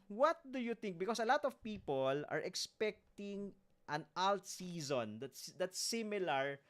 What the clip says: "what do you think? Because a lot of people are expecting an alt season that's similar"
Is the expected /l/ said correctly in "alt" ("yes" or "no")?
yes